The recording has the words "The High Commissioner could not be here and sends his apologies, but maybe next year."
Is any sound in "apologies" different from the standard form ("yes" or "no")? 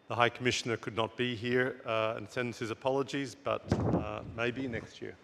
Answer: no